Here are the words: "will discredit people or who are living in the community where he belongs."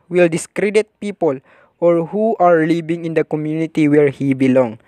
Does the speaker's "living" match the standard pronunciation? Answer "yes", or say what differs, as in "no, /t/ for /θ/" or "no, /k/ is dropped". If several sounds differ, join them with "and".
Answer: no, /b/ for /v/